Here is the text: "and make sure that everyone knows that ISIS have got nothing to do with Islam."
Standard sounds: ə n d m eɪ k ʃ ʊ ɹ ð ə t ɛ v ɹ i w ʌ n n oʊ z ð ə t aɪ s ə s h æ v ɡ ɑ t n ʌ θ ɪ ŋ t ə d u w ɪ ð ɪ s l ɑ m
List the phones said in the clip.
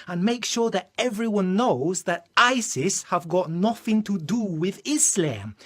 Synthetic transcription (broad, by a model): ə n m eɪ k ʃ ʊ ɹ ð ə t ɛ v ɹ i w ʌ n n oʊ z ð ə t aɪ s ə s h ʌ v ɡ ɑ t n ʌ θ ɪ ŋ t ə d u w ɪ ð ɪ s l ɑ m